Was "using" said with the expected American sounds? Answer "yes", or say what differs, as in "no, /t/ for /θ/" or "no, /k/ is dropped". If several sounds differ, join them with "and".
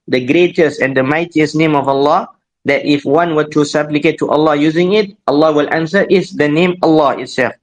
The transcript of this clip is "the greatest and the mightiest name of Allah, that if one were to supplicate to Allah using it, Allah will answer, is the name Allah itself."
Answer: yes